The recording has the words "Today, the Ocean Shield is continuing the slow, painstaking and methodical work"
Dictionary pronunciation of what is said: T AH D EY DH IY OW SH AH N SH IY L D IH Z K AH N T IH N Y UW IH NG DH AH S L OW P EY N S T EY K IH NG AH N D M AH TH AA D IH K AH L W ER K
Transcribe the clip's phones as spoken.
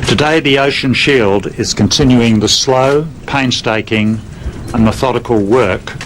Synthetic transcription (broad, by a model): T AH D EY DH IY OW SH AH N SH IY L D IH Z K AH N T IH N Y UW IH NG DH AH S L OW P EY N S T EY K IH NG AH N M AH TH AA D IH K AH L W ER K